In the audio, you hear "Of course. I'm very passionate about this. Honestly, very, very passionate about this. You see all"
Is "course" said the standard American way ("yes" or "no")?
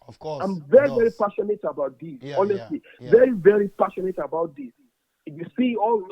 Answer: no